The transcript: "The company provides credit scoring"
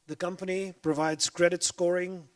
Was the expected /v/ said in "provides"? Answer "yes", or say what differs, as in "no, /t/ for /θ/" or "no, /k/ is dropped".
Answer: yes